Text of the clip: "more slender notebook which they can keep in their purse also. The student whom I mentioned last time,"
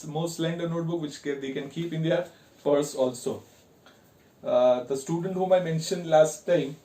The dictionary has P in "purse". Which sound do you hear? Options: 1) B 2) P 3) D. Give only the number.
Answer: 2